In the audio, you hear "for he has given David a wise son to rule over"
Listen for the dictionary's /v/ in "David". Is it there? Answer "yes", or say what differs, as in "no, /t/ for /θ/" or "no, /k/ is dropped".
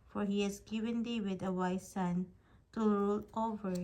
no, /w/ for /v/